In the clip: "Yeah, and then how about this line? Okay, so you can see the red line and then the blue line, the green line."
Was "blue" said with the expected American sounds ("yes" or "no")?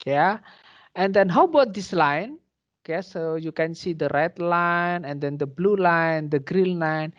yes